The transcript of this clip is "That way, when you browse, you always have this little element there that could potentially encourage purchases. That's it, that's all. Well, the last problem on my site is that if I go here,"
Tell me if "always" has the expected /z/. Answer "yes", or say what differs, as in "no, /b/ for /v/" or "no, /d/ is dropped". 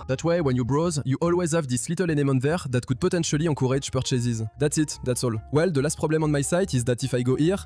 yes